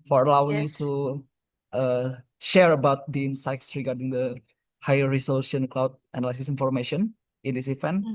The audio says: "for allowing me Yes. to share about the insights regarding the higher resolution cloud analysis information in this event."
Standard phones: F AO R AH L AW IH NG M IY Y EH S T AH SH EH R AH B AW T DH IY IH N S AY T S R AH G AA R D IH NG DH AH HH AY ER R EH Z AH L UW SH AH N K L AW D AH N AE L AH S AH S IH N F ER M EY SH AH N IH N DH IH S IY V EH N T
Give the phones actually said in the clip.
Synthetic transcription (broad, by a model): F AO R AH L AW IH NG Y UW T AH SH EH R AH B AW T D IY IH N S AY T S R AH G AA R D IH NG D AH HH AY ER R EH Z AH L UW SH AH N K L AW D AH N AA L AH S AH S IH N F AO M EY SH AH N IH N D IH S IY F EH N